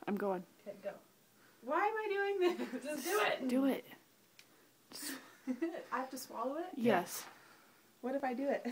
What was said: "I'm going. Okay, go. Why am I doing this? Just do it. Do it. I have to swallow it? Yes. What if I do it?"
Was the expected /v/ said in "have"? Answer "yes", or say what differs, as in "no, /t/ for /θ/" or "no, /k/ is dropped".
no, /f/ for /v/